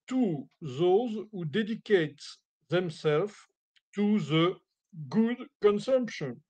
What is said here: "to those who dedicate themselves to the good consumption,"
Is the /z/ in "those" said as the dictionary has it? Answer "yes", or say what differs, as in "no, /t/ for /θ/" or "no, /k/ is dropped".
yes